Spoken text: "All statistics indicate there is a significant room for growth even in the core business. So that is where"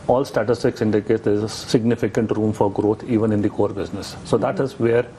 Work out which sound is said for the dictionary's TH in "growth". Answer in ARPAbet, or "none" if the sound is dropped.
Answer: T